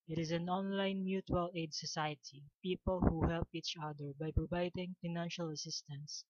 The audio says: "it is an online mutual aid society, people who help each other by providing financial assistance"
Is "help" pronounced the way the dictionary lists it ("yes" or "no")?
yes